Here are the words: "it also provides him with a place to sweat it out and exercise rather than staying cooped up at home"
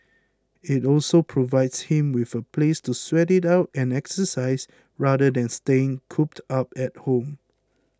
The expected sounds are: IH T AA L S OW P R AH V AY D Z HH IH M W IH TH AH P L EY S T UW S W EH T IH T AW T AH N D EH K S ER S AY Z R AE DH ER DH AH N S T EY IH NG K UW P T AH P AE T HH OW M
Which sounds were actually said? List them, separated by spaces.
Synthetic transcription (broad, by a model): IH T AA L S OW P R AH V AY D S HH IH M W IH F AH P L EY S T UW S W EH T IH T AW T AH N EH K S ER S AY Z R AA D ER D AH N S T EY IH NG K UW P T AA P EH T HH OW M